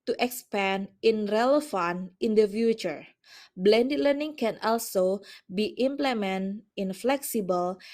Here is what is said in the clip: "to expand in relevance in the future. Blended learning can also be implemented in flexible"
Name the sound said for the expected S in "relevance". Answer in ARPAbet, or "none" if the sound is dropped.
none